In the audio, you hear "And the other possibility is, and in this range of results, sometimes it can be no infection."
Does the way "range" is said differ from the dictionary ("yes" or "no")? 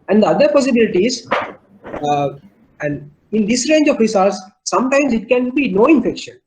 no